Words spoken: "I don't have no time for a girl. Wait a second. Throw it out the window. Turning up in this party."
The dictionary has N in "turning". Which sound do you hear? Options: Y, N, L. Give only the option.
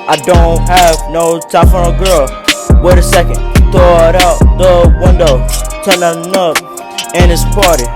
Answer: L